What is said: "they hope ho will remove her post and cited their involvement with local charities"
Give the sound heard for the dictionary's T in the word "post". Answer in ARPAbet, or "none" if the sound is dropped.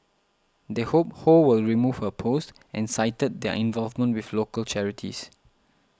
T